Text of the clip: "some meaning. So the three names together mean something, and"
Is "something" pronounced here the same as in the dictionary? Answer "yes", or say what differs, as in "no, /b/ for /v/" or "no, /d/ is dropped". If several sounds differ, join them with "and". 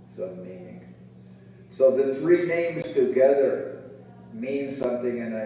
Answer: yes